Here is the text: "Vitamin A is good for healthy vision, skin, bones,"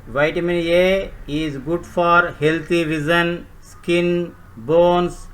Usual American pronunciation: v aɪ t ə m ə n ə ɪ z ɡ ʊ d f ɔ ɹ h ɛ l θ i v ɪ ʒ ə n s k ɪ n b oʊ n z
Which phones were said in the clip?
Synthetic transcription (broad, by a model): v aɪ t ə m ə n ə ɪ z ɡ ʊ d f ɔ ɹ h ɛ l t i v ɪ z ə n s k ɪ n b oʊ n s